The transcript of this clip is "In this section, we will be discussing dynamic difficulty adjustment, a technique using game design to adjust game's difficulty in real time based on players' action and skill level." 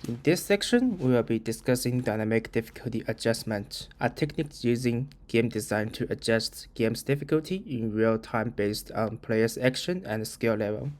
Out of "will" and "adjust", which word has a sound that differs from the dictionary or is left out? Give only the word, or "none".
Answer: none